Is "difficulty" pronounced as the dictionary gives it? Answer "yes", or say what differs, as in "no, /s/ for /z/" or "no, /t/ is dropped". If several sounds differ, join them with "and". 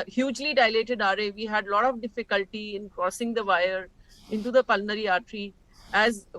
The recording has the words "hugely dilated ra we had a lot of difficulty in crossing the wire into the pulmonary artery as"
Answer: yes